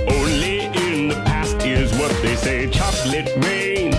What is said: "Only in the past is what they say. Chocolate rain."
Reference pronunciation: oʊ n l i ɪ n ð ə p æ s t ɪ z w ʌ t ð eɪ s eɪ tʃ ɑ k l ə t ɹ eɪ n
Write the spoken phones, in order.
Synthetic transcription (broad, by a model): oʊ n l i ɪ n ð ə p æ s t ɪ z w ʌ t ð eɪ s eɪ tʃ ɑ k l ə t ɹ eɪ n